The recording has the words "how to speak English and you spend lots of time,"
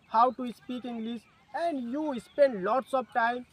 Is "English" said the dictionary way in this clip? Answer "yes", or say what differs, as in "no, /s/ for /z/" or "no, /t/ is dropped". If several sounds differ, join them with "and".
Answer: no, /s/ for /ʃ/